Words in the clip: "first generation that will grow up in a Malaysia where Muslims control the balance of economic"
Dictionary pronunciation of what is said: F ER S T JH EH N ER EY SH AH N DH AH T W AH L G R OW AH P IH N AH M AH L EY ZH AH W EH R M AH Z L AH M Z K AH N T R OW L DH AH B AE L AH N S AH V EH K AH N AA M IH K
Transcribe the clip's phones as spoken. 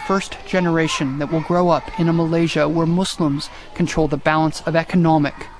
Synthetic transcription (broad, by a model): F ER S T JH EH N ER EY SH AH N DH AH T W AH L G R OW AH P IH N AH M AH L EY ZH AH W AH R M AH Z L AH M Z K N T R OW L DH AH B AE L AH N S AH V EH K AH N AA M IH K